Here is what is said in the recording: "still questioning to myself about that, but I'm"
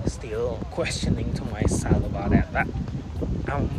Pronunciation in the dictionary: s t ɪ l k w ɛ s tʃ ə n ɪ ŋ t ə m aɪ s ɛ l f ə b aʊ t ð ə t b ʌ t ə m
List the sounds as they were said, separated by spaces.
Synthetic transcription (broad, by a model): s t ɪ l k w ɛ s tʃ ə n ɪ ŋ t ə m aɪ s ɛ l ə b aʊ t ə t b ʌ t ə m